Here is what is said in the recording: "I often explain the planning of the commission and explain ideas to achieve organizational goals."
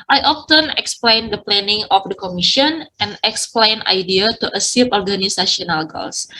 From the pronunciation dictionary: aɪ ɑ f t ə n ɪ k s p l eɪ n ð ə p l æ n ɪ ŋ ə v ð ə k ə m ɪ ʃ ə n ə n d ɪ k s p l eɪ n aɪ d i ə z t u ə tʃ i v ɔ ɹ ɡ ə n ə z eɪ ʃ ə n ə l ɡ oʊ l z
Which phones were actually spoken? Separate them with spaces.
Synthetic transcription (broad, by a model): aɪ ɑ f t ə n ɪ k s p l eɪ n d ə p l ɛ n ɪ ŋ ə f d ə k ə m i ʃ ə n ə n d ɪ k s p l eɪ n aɪ d i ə t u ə s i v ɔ ɹ ɡ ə n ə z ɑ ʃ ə n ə l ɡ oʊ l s